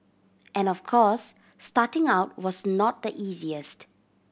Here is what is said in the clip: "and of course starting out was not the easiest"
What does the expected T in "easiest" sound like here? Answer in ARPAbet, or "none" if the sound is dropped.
T